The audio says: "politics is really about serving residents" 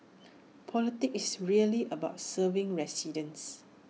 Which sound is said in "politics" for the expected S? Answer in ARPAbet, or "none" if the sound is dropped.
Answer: none